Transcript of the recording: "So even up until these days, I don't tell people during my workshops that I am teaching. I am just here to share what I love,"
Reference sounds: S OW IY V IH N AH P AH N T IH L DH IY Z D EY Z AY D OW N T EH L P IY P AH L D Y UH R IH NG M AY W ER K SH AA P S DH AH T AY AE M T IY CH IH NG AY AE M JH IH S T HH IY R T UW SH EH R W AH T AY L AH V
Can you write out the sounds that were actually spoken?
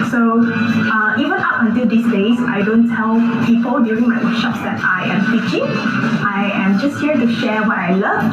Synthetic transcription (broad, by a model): S OW IY V IH N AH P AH N T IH L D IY S D EY S AY D OW N T EH L P IY P AH L D Y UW R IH NG M AY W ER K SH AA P S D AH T AY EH M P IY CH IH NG AY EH M JH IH S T HH IY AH T UW SH EH W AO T AY L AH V